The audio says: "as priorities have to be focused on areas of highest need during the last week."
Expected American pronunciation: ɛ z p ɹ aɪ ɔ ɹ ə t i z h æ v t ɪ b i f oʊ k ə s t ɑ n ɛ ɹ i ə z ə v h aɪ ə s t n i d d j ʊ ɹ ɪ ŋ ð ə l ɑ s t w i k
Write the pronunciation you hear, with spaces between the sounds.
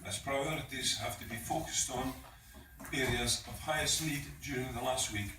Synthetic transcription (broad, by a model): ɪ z p ɹ aɪ ɔ ɹ ə t i z h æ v t ɪ b i f oʊ k ə s t n ɛ ɹ i ə z ə v h aɪ ə s t n i d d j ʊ ɹ ɪ ŋ ð ə l ɑ s t w i k